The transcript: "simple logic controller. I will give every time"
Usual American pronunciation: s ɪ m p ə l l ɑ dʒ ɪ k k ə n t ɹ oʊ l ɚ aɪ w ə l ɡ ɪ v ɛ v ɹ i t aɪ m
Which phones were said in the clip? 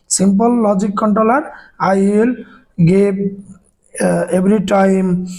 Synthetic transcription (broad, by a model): s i m p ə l l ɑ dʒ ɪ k k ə n t ɹ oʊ l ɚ aɪ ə l ɡ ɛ b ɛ b ɹ i t aɪ m